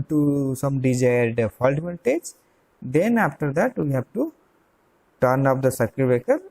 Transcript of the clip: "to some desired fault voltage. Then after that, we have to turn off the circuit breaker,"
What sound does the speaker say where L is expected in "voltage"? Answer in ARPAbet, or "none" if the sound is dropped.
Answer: N